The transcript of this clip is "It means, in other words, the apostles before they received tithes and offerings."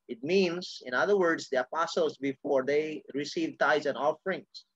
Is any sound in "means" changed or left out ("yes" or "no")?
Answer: yes